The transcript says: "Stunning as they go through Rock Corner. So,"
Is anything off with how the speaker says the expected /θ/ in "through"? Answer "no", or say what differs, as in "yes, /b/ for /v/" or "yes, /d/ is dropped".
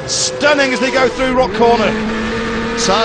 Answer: no